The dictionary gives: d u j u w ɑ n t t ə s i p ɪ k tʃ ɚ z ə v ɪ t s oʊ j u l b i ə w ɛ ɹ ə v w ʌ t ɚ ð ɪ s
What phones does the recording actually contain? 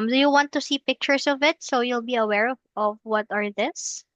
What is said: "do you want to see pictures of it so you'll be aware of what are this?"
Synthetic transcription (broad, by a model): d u j u w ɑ n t t ə s i p ɪ k tʃ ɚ s ə v ɪ t s oʊ j u l b i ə w ɛ ɹ ə v w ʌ t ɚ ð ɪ s